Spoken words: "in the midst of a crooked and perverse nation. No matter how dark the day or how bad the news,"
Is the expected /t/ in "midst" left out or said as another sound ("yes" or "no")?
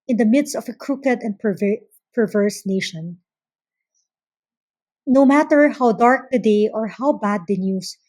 no